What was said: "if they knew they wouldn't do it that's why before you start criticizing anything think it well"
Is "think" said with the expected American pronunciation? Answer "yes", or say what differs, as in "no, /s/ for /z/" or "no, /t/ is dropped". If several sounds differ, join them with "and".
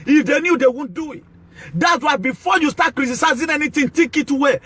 no, /t/ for /θ/ and /ŋ/ is dropped